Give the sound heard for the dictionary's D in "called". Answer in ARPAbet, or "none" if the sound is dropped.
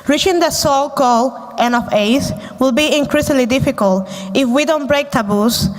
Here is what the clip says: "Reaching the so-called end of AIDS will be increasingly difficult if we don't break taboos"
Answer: none